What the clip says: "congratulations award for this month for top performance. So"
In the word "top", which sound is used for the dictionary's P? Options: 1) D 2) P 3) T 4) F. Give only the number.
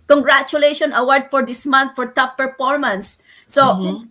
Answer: 4